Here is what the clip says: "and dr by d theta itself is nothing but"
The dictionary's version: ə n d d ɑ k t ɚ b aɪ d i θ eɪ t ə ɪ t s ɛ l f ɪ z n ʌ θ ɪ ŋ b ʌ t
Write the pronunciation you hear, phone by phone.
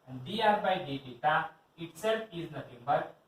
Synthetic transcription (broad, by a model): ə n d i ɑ t b aɪ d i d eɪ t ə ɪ t s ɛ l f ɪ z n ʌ t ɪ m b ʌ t